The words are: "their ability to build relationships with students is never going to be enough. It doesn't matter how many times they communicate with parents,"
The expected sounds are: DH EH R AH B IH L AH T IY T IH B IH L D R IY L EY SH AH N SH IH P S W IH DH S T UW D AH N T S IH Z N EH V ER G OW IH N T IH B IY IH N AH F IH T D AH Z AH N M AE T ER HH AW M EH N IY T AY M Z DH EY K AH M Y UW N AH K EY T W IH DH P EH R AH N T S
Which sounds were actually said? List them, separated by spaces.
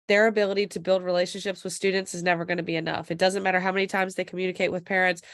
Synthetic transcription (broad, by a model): DH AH R AH B IH L AH T IY T IH B IH L D R IY L EY SH AH N SH IH P S W IH DH S T UW D N T S IH Z N EH V ER G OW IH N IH B IY IH N AH F IH T D AH Z AH N M AE T ER HH AW M EH N IY T AY M Z DH EY K M Y UW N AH K EY T W IH DH P EH R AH N T S